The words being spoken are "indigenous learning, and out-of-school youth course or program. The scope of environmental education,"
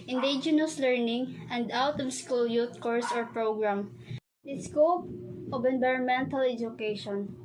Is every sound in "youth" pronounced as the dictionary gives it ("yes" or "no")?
no